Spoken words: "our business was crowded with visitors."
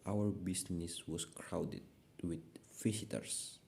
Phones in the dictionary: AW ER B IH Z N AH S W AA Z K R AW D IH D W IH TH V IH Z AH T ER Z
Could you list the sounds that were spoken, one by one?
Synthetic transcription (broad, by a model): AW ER B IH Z N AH S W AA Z K R AW D IH D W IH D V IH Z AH T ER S